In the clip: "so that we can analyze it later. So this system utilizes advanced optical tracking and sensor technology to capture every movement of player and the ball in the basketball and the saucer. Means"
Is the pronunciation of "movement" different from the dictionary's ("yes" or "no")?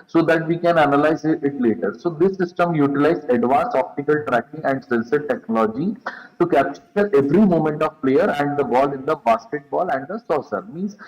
yes